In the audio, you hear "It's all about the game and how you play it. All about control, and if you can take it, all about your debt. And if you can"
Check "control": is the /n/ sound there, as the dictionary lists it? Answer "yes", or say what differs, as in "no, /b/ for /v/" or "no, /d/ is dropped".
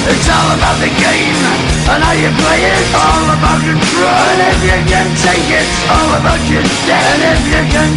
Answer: no, /n/ is dropped